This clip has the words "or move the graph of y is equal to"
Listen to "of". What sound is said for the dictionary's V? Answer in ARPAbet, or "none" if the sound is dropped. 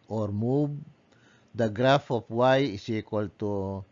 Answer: P